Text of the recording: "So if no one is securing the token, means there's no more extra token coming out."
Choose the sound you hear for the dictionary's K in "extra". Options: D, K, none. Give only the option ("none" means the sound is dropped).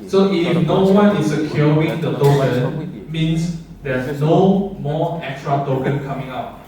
K